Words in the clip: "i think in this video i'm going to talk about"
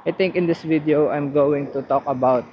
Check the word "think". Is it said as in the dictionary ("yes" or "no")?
no